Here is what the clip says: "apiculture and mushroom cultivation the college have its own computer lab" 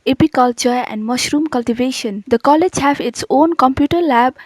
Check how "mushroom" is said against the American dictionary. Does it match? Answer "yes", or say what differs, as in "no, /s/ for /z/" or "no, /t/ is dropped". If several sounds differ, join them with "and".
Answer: yes